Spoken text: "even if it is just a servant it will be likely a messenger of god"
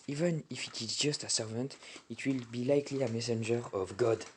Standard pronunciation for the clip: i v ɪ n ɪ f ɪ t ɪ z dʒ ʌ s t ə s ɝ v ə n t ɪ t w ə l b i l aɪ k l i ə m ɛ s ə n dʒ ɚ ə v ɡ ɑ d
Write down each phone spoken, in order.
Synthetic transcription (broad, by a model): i v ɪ n ɪ f ɪ t ɪ z dʒ ʌ s t ə s ɝ v ə n t ɪ t w ə l b i l aɪ k l i ə m ɛ s ə n dʒ ɚ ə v ɡ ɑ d